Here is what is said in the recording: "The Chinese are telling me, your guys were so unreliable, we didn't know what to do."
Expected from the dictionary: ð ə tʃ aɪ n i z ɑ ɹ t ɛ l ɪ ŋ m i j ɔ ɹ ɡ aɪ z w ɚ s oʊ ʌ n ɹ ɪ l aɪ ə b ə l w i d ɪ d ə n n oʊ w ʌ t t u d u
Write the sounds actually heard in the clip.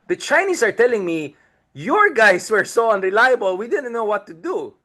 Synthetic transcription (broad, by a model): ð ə tʃ aɪ n i s ɑ ɹ t ɛ l ɪ ŋ m i j ɔ ɹ ɡ aɪ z w ɚ s oʊ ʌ n ɹ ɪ l aɪ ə b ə l w i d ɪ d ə n n oʊ w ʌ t t u d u